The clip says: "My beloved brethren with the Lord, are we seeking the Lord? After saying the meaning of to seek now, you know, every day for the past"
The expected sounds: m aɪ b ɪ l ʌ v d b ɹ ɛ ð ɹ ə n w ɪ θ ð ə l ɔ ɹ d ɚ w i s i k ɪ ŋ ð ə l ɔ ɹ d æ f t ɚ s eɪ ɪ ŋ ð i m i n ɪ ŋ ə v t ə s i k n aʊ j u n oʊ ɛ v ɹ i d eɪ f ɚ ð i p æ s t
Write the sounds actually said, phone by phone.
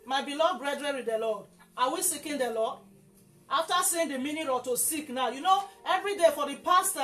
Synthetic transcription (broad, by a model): m aɪ b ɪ l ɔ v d b ɹ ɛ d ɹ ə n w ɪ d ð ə l ɔ d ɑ w i s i k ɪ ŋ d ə l ɔ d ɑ f t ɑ s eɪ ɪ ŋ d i m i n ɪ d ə t ə s i k n aʊ j u n oʊ ɛ v ɹ i d eɪ f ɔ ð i p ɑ s t